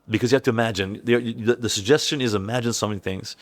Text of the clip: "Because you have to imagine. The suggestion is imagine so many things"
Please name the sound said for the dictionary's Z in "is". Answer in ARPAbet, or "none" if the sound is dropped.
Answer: Z